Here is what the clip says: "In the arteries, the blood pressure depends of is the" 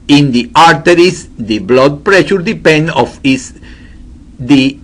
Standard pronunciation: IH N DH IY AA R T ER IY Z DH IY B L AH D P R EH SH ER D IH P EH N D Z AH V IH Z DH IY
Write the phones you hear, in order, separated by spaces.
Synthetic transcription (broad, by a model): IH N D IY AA R T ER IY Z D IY B L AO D P R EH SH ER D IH P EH N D AH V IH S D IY